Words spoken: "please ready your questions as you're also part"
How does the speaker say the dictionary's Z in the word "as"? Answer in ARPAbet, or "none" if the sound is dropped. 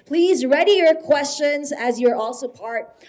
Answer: Z